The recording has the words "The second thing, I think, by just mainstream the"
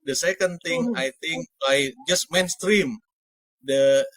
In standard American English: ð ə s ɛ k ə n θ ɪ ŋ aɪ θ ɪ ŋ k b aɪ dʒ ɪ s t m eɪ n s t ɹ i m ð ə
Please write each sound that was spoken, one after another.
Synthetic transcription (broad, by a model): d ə s ɛ k ə n t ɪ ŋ aɪ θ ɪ ŋ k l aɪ dʒ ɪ s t m eɪ n s t ɹ i m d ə